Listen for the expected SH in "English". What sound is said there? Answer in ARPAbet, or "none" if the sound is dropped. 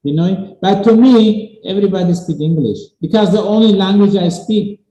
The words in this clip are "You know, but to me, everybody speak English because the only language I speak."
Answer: SH